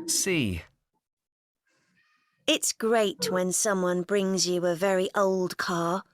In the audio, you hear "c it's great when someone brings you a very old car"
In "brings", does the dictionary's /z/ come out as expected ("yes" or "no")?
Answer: yes